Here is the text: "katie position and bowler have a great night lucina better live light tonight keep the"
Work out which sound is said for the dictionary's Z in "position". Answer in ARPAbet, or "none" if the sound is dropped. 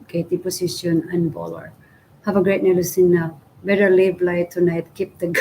S